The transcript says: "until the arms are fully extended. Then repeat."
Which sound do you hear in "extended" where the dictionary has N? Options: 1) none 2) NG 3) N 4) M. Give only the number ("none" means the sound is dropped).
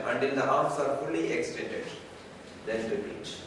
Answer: 3